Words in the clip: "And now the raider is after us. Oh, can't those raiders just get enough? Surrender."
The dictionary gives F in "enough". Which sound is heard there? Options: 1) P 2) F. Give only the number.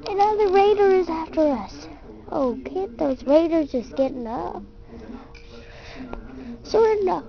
1